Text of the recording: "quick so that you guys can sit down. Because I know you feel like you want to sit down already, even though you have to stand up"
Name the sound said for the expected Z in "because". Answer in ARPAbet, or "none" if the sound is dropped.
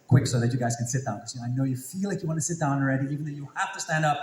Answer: none